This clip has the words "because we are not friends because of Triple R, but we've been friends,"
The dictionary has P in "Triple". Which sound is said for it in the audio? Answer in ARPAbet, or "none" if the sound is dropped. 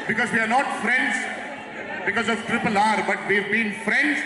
P